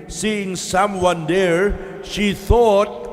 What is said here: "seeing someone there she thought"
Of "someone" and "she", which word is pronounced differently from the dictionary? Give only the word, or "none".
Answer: none